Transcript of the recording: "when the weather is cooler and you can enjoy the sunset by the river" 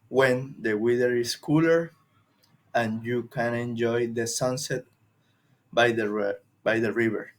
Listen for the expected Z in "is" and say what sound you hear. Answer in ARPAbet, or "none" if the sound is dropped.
S